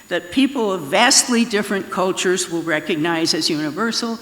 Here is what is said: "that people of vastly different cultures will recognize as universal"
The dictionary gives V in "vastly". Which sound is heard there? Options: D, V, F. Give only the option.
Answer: V